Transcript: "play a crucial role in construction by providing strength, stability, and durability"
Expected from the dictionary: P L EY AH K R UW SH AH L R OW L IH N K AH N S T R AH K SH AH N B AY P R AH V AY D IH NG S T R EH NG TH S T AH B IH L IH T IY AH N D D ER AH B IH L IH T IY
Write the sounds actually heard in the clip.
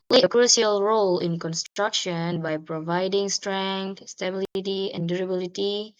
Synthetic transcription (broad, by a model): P L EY AH K R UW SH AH L R OW L IH N K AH N S T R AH K SH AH N B AY P R AH V AY D IH NG S T R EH NG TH S T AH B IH L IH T IY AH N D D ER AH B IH L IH T IY